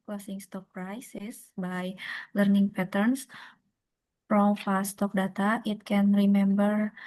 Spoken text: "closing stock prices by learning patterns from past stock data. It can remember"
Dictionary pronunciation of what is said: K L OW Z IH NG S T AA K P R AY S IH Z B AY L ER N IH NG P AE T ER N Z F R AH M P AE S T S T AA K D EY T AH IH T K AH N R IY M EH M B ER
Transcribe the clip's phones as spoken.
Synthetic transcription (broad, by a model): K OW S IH NG S T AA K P R AY S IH S B AY L ER N IH NG P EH T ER N S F R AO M F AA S S T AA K D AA T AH IH T K AH N R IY M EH M B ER